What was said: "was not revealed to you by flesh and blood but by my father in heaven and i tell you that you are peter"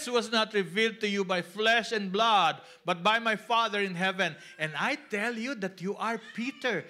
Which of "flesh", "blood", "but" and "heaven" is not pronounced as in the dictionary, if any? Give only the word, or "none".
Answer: none